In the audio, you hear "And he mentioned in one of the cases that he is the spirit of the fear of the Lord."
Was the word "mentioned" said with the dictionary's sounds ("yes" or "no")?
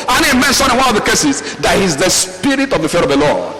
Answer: no